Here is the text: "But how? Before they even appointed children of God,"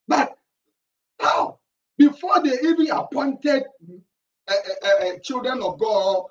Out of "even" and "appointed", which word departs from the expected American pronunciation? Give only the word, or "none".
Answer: none